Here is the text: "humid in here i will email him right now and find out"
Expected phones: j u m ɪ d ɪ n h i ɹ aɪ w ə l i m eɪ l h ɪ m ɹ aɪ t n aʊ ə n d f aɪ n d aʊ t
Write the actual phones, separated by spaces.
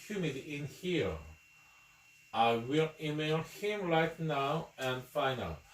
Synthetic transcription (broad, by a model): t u m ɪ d ɪ n h i ɹ aɪ w ə l i m eɪ l h ɪ m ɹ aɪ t n aʊ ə n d f aɪ n aʊ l